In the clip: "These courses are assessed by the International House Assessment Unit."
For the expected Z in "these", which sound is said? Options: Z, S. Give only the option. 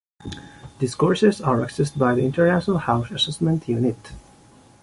S